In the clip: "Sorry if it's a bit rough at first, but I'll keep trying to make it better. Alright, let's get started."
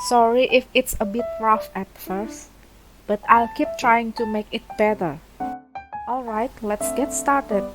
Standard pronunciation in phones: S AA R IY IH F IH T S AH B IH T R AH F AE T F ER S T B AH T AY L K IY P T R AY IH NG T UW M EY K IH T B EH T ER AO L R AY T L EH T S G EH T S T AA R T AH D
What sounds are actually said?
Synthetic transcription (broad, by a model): S AA R IY IH F IH T S AH B IH T R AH F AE T F ER S T B AH T AY L K IY P T R AY IH NG T UW M EY K IH T B EH T ER AO L R AY T L EH T S G EH T S T AA R T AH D